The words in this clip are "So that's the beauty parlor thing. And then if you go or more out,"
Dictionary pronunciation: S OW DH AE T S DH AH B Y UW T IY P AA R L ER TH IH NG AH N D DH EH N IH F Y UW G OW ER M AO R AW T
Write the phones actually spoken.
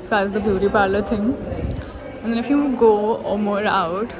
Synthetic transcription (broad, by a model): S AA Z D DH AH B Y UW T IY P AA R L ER T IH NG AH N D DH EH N IH F Y UW G OW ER M AO R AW T